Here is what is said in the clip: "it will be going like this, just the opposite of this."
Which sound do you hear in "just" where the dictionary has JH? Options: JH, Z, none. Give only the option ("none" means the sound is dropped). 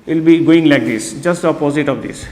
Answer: JH